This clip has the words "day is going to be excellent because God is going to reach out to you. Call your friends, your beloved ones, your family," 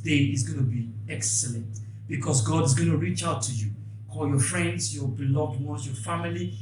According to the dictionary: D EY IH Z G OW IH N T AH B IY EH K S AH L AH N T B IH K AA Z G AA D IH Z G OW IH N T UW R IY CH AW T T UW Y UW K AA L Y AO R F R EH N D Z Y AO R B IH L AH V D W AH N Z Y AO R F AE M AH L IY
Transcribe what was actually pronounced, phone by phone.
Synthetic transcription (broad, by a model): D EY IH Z G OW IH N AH B IY EH K S AH L AH N T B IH K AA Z G AA D IH Z G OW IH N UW R IY CH AW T T UW Y UW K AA Y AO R F R EH N D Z Y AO B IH L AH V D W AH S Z Y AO F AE M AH L IY